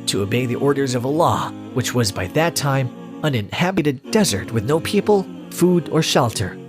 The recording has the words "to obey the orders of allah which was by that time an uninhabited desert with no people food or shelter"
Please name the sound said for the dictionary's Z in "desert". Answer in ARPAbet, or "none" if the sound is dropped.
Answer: Z